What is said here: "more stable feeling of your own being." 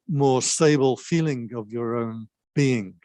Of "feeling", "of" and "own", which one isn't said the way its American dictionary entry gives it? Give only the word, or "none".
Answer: none